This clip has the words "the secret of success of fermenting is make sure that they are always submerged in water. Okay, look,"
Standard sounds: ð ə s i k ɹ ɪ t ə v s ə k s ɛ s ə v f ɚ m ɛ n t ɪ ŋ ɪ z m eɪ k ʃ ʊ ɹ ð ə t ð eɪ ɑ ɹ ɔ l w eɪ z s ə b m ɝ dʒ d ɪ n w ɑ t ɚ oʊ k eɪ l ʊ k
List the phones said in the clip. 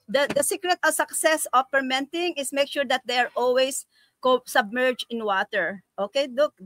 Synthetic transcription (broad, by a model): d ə s i k ɹ ɪ t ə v s ə k s ɛ s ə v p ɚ m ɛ n t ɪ ŋ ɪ s m eɪ k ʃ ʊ ɹ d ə t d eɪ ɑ ɹ ɔ l w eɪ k s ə b m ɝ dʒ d ɪ n w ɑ t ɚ oʊ k eɪ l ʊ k